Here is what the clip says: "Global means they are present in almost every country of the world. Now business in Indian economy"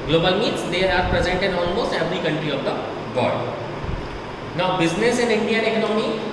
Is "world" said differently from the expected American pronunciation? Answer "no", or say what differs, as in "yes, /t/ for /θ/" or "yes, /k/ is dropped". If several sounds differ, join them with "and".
yes, /l/ is dropped